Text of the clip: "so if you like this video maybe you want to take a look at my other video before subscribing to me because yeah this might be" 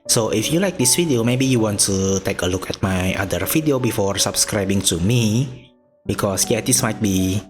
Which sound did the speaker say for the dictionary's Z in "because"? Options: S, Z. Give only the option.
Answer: S